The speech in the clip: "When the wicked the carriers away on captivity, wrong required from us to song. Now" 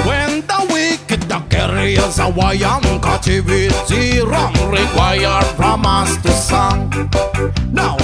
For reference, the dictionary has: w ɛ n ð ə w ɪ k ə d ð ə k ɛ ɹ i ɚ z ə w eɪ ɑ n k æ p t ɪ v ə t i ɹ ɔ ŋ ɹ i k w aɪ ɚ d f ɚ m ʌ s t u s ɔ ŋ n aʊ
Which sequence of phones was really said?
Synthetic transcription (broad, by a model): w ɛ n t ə w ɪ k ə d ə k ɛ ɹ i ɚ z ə w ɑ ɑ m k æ t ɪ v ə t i ɹ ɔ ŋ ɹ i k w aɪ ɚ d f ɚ m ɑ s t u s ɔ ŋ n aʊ